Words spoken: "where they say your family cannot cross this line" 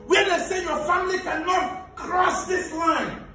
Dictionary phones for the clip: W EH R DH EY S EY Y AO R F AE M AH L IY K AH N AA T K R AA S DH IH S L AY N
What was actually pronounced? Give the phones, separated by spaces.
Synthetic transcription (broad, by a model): W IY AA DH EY S EY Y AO F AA M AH L IY K AH N AA T K R AA S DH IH S L AY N